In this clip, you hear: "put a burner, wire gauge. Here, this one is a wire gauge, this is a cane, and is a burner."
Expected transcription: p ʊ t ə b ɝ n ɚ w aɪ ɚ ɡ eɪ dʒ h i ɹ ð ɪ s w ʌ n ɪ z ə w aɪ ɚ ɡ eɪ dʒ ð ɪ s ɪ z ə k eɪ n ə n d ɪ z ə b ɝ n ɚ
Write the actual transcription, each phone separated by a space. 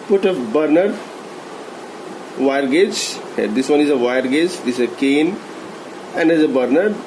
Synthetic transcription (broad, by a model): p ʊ t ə b ɝ n ɚ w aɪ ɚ ɡ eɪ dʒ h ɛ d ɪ s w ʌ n ɪ z ə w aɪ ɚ ɡ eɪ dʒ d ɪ s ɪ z ə k eɪ n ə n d ɪ z ə b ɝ n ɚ